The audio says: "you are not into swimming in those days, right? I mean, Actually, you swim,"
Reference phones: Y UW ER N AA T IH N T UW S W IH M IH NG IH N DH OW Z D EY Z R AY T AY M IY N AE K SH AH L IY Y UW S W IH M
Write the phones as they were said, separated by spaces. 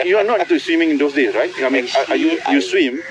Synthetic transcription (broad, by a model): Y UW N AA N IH T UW S W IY M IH NG IH N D OW S D EY S R AY T AY M IY N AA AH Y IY Y UW S W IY M